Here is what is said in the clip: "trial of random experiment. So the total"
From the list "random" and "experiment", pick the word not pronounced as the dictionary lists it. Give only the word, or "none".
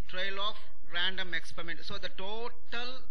none